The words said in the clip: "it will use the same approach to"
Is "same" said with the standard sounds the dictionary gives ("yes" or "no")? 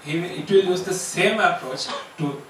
yes